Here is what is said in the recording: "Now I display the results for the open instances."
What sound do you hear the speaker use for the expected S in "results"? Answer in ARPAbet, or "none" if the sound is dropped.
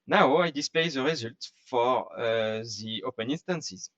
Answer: none